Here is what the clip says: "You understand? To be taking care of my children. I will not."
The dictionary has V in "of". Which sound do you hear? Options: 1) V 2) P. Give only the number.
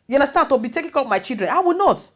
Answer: 2